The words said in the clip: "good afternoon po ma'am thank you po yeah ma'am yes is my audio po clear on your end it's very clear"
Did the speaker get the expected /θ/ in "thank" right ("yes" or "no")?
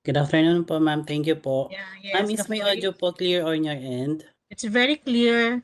no